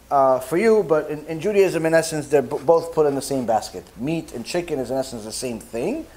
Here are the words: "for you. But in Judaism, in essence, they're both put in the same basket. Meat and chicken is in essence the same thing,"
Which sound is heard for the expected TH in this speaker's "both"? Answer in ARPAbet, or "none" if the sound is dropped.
TH